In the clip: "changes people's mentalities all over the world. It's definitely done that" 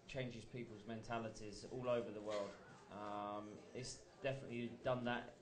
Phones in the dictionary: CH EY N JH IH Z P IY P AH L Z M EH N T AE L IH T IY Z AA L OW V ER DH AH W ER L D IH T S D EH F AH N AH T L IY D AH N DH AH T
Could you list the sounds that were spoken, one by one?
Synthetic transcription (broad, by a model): CH EY N JH IH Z P IY P AH L Z M EH N T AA L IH T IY Z AA L OW V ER DH AH W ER L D IH T S D EH F AH N AH T L IY D AH N DH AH T